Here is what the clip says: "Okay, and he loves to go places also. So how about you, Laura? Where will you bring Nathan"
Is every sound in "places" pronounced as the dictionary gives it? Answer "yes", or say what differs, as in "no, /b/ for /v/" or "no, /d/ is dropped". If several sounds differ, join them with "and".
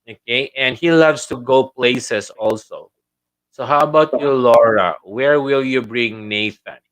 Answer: no, /s/ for /z/